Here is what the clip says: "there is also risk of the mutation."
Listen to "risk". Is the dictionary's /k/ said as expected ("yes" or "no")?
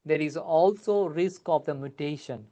yes